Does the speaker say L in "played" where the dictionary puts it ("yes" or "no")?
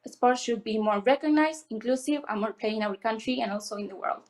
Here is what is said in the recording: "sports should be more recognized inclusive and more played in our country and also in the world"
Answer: no